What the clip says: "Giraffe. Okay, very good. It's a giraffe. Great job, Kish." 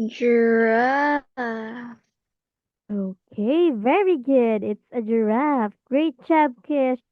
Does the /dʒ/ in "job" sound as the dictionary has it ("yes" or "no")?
no